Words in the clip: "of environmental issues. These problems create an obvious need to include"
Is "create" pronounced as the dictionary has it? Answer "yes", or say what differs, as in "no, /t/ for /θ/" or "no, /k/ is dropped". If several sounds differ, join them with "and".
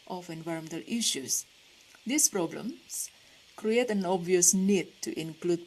yes